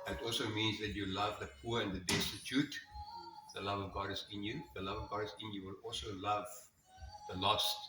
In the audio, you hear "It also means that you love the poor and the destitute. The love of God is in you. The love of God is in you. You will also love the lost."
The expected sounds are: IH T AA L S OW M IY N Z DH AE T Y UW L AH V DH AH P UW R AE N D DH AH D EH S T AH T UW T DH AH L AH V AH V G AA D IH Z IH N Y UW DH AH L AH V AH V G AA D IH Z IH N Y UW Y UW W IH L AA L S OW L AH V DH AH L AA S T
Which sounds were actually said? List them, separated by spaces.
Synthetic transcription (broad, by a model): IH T AA L S OW M IY N Z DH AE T Y UW L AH V DH AH P UW R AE N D DH AH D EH S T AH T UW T DH AH L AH V AH V G AA D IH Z IH N Y UW DH AH L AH V AH V G AA D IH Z IH N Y Y UW W IH L AA L S OW L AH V DH AH L AA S